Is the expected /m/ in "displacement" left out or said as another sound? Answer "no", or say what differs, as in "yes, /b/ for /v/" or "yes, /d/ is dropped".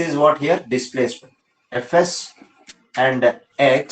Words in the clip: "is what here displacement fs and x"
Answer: yes, /m/ is dropped